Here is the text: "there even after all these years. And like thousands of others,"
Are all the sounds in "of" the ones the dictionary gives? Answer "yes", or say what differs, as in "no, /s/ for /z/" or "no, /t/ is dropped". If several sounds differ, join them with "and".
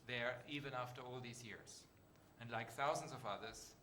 yes